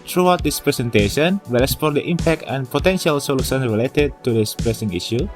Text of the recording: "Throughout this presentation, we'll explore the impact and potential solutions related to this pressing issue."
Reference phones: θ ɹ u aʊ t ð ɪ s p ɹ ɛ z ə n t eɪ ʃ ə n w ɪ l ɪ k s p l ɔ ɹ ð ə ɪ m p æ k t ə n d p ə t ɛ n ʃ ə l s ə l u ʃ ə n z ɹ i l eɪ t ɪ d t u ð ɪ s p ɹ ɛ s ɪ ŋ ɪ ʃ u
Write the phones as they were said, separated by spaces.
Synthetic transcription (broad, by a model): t ɹ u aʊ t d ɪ s p ɹ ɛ s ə n t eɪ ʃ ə n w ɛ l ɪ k s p ɔ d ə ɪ m p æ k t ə n p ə t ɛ n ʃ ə l s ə l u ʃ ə n ɹ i l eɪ t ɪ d t u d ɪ s p ɹ ɛ s ɪ ŋ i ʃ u